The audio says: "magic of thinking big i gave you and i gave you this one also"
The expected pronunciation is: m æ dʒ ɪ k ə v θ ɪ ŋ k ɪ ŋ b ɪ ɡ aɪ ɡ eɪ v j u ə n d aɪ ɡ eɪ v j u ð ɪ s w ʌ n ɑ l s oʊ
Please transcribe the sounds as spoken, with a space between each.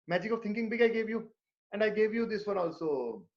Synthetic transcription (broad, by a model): m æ dʒ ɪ k ə v t ɪ ŋ k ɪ ŋ b ɪ ɡ aɪ ɡ eɪ v j u ə n d aɪ ɡ eɪ v j u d ɪ s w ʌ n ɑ l s oʊ